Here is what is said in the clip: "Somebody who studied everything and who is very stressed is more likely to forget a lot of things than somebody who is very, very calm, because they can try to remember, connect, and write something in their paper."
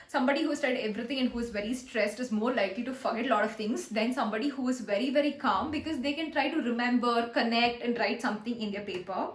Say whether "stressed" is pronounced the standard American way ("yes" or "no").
yes